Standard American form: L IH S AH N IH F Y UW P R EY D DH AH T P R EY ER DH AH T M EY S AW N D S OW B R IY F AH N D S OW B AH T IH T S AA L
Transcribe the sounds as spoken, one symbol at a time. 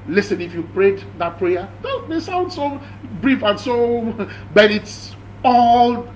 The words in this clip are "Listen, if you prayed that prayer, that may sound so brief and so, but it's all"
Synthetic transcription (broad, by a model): L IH S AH N IH F Y UW P R EY D DH AH T P R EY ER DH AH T M EY S AW N D S OW B R IY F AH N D S OW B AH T IH T S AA L